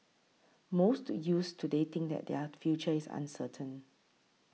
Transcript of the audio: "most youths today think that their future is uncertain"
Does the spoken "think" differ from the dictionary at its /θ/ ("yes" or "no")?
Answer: yes